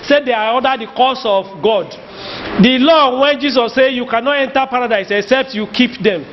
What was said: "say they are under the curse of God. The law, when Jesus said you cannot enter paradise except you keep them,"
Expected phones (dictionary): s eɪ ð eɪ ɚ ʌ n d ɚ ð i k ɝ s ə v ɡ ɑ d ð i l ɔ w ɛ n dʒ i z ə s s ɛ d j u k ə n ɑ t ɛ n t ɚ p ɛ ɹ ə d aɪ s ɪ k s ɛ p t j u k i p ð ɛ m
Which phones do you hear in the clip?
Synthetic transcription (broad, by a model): s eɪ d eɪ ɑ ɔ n d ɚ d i k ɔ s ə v ɡ ɑ d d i l ɔ w ɛ n dʒ i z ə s s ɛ j u k ə n ɑ t ɛ n t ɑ p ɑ ɹ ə d aɪ s ɪ k s ɛ p t j u k i p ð ɛ m